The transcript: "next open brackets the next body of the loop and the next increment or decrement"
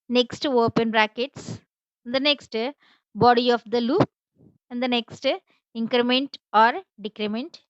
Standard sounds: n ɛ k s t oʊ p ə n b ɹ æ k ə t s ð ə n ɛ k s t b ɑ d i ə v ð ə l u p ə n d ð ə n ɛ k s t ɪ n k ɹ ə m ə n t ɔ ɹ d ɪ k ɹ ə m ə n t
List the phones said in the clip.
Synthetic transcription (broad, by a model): n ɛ k s t oʊ p ə n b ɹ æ k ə t s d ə n ɛ k s t b ɑ d i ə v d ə l u p ə n d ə n ɛ k s t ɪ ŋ k ɹ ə m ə n t ɔ ɹ d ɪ k ɹ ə m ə n t